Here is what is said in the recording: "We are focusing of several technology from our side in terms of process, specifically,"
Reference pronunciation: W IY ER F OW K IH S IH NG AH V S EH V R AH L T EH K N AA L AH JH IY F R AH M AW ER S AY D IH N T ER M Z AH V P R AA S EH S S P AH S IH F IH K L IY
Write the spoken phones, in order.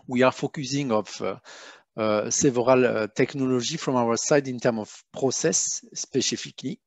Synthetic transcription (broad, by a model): W IY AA F OW K IH S IH NG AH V S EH V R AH L T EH K N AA L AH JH IY F R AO M AW ER S AY D IH N T ER M AH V P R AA S EH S S P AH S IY F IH K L IY